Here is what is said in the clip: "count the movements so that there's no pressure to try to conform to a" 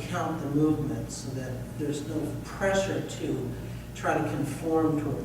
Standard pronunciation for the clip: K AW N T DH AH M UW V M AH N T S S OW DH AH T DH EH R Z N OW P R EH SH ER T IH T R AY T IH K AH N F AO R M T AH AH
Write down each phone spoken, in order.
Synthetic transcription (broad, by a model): K AW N DH AH M UW V M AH N T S S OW DH AH T DH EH R Z N OW P R EH SH ER T IH T R AY T IH K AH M F AO R M T AH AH